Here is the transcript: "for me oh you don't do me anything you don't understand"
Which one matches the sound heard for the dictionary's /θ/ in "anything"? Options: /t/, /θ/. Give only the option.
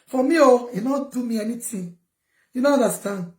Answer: /t/